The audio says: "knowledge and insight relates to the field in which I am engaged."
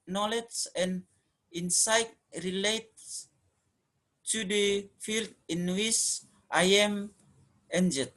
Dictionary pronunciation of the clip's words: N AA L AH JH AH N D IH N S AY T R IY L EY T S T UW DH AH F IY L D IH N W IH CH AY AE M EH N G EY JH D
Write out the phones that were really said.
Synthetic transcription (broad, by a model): N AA L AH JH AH N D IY N S AY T R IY L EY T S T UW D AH F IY L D IH N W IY S AY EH M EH N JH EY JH